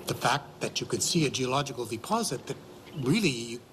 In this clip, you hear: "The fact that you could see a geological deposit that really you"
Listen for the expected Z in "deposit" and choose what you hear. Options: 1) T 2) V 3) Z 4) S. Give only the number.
3